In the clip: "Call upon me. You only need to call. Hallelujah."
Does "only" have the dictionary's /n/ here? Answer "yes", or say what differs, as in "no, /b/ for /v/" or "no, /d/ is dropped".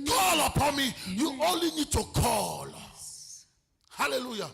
no, /n/ is dropped